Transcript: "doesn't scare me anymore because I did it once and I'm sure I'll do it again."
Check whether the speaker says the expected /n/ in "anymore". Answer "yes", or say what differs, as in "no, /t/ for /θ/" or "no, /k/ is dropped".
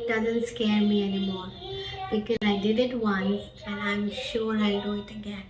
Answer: yes